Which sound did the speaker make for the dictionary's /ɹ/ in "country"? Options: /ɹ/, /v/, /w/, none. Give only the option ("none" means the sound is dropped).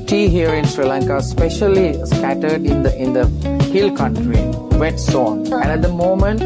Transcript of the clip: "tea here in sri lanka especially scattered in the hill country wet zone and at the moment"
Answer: /ɹ/